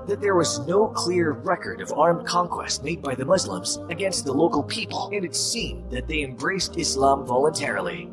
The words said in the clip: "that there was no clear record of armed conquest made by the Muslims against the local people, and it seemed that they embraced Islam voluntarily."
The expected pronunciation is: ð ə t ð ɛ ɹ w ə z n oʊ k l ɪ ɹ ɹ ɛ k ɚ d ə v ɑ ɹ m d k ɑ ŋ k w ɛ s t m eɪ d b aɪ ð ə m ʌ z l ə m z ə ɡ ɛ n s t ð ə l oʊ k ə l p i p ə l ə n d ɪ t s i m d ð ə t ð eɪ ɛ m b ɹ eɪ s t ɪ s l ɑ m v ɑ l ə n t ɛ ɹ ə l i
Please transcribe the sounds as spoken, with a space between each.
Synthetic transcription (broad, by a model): ð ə t ð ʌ ɹ w ə z n oʊ k l ɪ ɹ ɹ ɛ k ɚ d ə v ɑ ɹ m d k ɑ ŋ k w ɛ s t m eɪ d b aɪ ð ə m ʌ z l ə m z ə ɡ ɛ n s t ð ə l oʊ k l p i p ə l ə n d ɪ t s i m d ð ə t ð eɪ ɛ m b ɹ eɪ s t ɪ s l ɑ m v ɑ l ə n t ɛ ɹ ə l i